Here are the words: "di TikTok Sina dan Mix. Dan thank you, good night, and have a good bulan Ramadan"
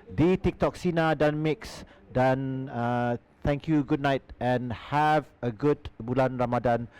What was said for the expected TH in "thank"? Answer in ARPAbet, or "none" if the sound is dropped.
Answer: T